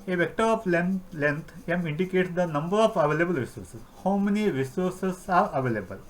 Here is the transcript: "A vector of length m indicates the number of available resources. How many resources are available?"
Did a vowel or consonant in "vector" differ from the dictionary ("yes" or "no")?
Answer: no